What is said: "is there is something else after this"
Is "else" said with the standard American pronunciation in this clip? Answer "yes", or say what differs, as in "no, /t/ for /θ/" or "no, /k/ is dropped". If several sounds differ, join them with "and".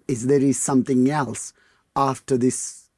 yes